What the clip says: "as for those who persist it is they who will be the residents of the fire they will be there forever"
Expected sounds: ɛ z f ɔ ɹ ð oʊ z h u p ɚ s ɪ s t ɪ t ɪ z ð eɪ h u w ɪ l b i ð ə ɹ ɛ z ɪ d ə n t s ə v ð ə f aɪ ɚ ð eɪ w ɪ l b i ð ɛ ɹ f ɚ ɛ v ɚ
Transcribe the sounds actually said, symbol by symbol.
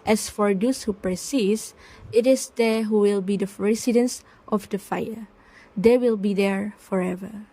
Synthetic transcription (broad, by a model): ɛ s f ɔ ɹ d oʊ s h u p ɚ s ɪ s ɪ t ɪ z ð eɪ h u w ɪ l b i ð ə ɹ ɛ s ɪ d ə n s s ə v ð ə f aɪ ɚ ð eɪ w ɪ l b i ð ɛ ɹ f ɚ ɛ v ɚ